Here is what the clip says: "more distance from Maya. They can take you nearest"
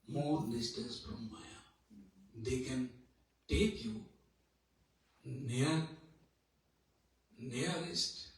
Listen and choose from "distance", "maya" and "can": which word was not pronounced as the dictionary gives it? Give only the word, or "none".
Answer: distance